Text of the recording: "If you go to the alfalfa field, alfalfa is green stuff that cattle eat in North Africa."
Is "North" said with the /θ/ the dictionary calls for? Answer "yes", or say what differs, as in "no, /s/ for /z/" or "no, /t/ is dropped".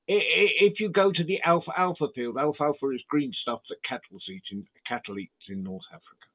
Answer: yes